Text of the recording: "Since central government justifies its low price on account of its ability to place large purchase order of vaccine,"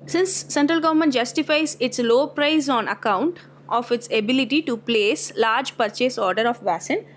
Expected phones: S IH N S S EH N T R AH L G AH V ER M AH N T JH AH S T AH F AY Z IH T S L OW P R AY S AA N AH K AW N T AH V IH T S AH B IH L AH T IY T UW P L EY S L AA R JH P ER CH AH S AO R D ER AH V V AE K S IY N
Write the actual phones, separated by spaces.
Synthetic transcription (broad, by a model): S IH N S S EH N T R AH L G AH V ER M AH N T JH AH S T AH F AY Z IH T S L OW P R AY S AA N AH K AW N T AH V IH T S AH B IH L AH T IY T UW P L EY S L AA R JH P ER CH AH S AO R D ER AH F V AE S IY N